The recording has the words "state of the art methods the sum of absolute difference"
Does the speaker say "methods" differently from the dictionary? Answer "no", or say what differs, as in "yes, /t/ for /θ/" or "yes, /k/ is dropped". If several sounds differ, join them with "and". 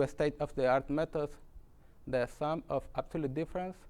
yes, /t/ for /θ/